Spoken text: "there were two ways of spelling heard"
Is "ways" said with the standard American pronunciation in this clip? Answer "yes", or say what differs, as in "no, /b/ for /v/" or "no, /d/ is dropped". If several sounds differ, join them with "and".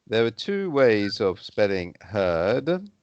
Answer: yes